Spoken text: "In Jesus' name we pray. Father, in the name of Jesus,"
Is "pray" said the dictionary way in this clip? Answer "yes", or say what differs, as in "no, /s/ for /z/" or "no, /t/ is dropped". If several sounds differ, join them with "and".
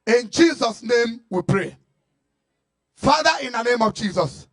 yes